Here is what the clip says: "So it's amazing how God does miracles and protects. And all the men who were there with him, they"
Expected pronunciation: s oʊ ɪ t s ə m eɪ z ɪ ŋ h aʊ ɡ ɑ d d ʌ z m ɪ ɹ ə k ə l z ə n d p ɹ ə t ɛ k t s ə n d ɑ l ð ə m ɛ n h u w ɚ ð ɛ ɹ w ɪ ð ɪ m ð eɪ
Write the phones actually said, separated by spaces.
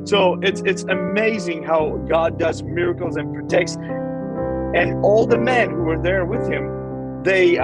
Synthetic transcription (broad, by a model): s oʊ ɪ t s ə m eɪ z ɪ ŋ h aʊ ɡ ɑ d d ʌ z m ɪ ɹ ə k l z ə n p ɹ ə t ɛ k t s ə n ɑ l ð ə m ɛ n h u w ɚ ð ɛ ɹ w ɪ ð ɪ m ð eɪ